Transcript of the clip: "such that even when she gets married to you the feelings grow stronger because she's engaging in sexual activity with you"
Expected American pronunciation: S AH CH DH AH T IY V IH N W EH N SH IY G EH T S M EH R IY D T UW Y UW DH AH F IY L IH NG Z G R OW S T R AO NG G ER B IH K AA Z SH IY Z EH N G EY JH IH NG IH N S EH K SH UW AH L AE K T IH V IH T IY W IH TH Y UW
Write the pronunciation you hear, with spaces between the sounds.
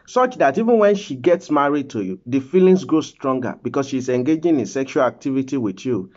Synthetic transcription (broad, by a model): S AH CH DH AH T IY V IH N W EH N SH IY G EH T S M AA R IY D T UW Y UW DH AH F IY L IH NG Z G R OW S T R AO NG G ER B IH K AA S SH IY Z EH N G EY JH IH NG IH N S EH K SH UW AH L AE K T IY V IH T IY W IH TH Y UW